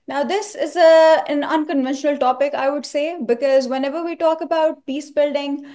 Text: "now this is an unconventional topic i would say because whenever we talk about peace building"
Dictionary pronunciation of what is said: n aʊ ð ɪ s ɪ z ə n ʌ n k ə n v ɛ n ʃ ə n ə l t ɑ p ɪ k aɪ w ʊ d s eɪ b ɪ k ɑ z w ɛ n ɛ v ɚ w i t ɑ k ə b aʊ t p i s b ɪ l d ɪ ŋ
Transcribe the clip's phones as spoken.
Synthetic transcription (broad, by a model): n aʊ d ɪ s ɪ z ə n ʌ n k ə n v ɛ n ʃ ə n ə l t ɑ p ɪ k aɪ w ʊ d s eɪ b ɪ k ɑ z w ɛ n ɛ v ɚ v i t ɑ k ə b aʊ t p i s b ɪ l d ɪ ŋ